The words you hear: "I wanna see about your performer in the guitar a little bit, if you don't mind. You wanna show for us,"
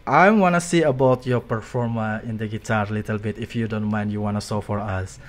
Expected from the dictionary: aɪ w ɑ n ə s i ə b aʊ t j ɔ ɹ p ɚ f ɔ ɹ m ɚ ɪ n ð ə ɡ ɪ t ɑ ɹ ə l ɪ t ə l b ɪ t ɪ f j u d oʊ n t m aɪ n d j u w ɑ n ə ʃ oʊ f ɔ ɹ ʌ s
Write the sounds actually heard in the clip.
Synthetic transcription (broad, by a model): aɪ w ɑ n ə s i ə b aʊ t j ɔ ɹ p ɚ f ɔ ɹ m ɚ ɪ n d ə ɡ ɪ t ɑ ɹ l ɪ t ə l b ɪ t ɪ f j u d oʊ n t m aɪ n d j u w ɑ n ə s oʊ f ɔ ɹ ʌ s